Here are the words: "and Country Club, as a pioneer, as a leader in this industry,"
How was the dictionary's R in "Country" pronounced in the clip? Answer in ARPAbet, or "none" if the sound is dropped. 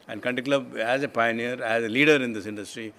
none